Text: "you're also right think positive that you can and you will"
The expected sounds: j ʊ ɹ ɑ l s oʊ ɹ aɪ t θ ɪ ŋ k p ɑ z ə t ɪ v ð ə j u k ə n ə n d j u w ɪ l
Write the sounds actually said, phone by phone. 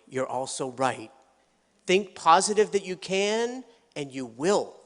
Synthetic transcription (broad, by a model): j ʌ ɹ ɑ l s oʊ ɹ aɪ t θ ɪ ŋ k p ɑ z ə t ɪ v ð ə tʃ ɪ k ə n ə n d j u w ɪ l